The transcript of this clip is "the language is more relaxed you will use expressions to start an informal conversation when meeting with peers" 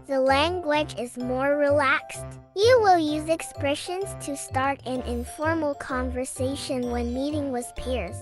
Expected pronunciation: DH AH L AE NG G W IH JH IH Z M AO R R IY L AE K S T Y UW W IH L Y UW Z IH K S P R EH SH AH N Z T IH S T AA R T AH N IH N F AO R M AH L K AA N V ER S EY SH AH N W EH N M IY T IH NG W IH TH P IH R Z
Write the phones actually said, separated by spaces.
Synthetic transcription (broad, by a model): DH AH L AE NG G W IH JH IH Z M AO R R IY L AE K S T Y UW W IH L Y UW Z IH K S P R EH SH AH N Z T IH S T AA R T AH N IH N F AO R M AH L K AA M V ER S EY SH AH N W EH N M IY T IH NG W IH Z P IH R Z